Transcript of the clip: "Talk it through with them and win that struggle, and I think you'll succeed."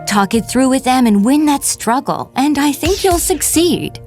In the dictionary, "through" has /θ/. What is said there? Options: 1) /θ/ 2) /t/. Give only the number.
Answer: 1